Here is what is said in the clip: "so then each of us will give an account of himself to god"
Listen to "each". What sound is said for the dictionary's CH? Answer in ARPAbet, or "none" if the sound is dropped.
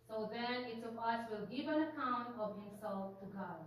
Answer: S